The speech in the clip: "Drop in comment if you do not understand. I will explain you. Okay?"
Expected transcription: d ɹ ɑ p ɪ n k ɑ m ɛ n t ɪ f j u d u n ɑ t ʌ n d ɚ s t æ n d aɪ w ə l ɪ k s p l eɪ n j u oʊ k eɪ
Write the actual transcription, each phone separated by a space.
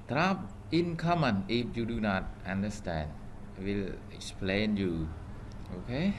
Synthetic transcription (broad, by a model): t ɹ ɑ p ɪ n k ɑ m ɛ n ɪ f j u d u n ɑ t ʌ n d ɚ s t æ n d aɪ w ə l ɪ k s p l eɪ n j u oʊ k eɪ